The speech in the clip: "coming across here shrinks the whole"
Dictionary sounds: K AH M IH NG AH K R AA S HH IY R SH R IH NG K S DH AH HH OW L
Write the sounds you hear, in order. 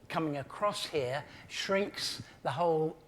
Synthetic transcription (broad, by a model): K AH M IH NG AH K R AA S HH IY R SH R IH NG K S DH AH HH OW L